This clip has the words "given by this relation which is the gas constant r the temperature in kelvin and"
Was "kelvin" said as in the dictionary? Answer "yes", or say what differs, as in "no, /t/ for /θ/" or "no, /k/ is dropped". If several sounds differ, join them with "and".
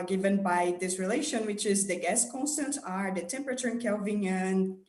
yes